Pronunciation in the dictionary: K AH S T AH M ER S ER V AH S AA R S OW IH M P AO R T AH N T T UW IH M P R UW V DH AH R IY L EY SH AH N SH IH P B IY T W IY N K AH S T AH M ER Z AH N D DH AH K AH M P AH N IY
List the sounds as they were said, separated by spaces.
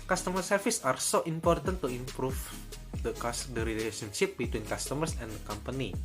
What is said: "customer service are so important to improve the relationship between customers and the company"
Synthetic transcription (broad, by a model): K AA S T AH M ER S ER F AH S AA R S OW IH M P AO R T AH N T T UW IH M P R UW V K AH R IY L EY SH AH N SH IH P B IY T W IY N K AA S T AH M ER S AH N D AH K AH M P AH N IY